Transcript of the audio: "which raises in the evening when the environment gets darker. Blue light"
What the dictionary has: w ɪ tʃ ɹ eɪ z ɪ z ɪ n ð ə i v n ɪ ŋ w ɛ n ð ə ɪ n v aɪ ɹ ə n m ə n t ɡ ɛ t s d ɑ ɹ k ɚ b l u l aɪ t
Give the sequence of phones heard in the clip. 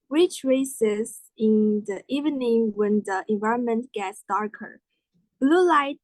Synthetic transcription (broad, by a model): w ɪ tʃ ɹ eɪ s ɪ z ɪ n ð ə i v n ɪ ŋ w ɛ n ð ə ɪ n v aɪ ɹ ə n m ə n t ɡ ɛ t s d ɑ ɹ k ɚ b l u l aɪ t